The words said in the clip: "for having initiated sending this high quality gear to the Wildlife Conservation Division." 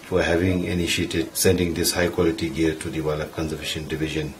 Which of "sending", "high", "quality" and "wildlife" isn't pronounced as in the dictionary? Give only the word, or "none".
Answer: wildlife